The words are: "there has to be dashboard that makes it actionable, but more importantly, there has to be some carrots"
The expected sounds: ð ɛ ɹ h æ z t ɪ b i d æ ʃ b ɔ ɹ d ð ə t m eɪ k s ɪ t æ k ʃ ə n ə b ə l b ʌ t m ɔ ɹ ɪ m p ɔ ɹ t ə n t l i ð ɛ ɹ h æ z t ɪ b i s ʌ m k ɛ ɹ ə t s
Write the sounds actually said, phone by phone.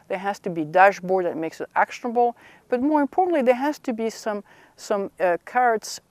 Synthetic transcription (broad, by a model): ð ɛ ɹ h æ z t ɪ b i d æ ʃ b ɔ ɹ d ð ə t m eɪ k s ɪ t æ k ʃ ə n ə b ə l b ʌ t m ɔ ɹ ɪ m p ɔ ɹ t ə n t l i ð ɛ ɹ h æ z t ɪ b i s ʌ m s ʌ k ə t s